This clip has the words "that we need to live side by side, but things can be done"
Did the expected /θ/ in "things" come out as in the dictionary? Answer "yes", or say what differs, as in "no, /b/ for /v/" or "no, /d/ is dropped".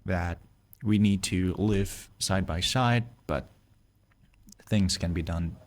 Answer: yes